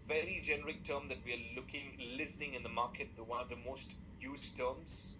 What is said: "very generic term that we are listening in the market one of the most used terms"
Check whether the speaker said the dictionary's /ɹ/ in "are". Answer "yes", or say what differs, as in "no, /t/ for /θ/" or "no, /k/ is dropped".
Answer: no, /l/ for /ɹ/